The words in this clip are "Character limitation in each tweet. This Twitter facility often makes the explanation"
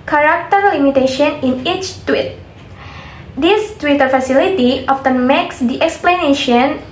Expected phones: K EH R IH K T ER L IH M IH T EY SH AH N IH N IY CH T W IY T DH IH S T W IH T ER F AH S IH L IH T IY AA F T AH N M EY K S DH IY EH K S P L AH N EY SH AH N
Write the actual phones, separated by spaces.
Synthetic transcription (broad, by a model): K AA R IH K T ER L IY M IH T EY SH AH N IH N IY CH T W IY T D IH S T W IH T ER F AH S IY L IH T IY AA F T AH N M EY K S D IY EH K S P L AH N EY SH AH N